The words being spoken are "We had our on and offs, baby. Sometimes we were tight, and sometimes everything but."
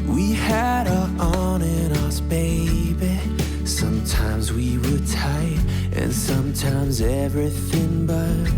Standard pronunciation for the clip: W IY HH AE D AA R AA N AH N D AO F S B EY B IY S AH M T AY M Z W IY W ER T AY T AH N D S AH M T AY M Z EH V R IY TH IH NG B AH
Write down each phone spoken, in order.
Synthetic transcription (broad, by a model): W IY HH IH D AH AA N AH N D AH S B EY B IY S AH M T AY M Z W IY W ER T AY T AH N S AH M T AY M Z EH V R IY TH IH NG B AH